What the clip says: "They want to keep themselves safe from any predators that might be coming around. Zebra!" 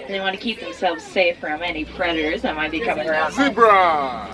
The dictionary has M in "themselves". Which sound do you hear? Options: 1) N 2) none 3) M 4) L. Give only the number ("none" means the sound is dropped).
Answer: 3